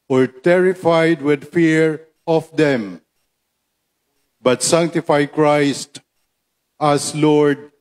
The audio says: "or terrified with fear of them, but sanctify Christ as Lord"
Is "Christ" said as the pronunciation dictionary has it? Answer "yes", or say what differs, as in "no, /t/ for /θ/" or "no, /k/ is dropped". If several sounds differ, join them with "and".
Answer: yes